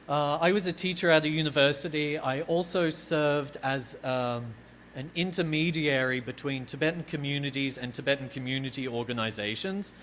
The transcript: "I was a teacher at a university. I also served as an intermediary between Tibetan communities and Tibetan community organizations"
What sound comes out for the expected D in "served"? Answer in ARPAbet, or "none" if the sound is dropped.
D